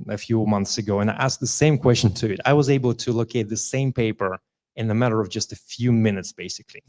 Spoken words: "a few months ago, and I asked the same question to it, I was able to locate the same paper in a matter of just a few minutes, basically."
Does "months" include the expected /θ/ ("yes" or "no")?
yes